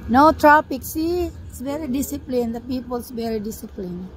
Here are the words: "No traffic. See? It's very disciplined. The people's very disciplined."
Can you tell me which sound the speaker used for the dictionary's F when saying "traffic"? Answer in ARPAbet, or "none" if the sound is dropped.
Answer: P